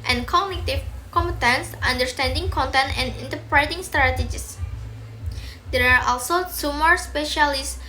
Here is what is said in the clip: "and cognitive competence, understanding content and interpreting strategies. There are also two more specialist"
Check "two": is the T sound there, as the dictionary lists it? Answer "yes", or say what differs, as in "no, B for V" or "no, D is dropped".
no, S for T